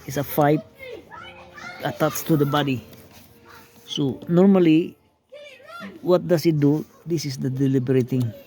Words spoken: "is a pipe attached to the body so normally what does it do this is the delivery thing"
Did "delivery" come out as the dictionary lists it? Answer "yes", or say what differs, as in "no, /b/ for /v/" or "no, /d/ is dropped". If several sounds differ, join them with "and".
no, /b/ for /v/